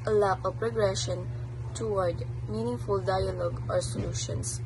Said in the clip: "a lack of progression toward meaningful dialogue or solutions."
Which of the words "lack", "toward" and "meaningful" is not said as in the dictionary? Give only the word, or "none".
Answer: lack